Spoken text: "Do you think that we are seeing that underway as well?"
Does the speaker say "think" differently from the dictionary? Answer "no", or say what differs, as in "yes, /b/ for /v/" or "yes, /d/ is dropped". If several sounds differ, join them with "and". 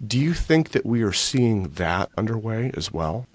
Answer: no